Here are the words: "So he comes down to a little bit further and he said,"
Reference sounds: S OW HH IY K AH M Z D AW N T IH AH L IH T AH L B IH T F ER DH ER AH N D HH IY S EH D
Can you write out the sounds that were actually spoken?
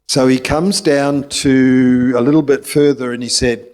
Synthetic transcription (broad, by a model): S OW IY K AH M Z D AW N T IH AH L IH T L B IH T F ER DH ER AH N IY S EH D